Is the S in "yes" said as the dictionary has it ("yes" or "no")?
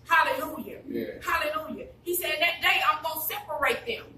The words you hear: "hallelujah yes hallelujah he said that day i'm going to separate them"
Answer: no